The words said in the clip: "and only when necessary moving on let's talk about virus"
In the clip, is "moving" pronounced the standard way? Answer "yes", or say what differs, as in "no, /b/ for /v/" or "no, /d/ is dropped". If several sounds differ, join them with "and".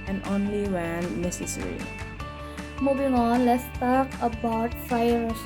no, /b/ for /v/